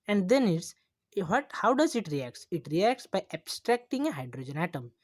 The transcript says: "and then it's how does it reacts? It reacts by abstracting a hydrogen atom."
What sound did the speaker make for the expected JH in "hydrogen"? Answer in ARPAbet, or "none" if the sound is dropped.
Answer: JH